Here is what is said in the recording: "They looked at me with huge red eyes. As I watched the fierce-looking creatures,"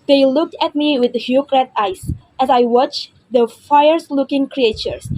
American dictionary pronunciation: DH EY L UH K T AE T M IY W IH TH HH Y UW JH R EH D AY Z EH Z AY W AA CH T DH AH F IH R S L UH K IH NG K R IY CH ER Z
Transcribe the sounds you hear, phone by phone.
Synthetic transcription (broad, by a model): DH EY L UH K T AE T M IY W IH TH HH Y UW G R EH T AY S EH S AY W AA CH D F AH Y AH R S L UH K IH NG K R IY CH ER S